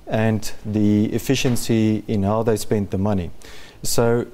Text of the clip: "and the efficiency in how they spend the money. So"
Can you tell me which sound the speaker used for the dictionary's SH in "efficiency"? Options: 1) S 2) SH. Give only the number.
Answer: 2